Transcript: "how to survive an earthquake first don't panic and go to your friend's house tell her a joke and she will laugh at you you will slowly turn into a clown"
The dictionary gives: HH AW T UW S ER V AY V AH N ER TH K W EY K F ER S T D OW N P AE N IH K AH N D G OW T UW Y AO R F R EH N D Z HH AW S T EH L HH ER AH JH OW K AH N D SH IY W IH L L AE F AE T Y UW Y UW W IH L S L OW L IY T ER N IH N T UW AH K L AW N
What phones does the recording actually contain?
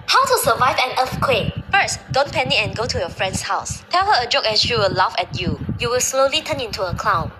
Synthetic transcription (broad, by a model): HH AW T UW S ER V AY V AH N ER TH K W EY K F ER S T D OW N P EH N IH AH N G OW T UW Y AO F R EH N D S HH AW S T EH L HH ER AH JH OW K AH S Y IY W IH L L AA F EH T Y UW Y UW W IH L S L OW L IY T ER N IH N T UW AH K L AW N